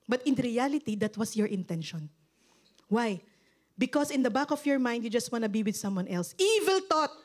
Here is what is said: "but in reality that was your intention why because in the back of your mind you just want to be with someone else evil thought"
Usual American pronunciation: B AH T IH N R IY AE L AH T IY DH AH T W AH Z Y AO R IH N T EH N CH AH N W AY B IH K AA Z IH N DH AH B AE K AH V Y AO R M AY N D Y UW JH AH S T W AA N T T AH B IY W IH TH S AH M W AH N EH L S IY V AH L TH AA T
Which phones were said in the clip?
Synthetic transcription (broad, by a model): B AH T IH N R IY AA L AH T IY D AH T W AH S Y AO R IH N T EH N SH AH N W AY B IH K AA S IH N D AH B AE K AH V Y AO R M AY N D Y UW JH AH S T W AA N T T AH B IY W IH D S AH M W AH N EH L S IY V AH L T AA T